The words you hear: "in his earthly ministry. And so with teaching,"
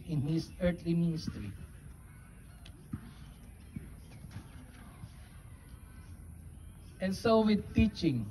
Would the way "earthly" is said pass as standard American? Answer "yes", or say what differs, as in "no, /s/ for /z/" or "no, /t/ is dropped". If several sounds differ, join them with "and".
no, /t/ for /θ/